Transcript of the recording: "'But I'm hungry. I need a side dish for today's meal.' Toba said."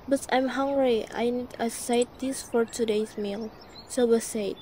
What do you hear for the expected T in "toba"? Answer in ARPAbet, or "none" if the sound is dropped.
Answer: S